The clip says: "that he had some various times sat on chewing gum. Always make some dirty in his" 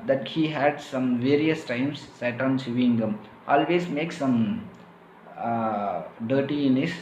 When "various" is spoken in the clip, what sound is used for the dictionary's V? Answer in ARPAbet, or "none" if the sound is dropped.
V